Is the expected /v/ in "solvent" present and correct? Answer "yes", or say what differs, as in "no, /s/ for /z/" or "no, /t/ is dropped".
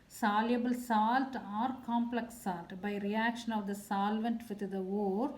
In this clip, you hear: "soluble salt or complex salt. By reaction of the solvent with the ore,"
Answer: yes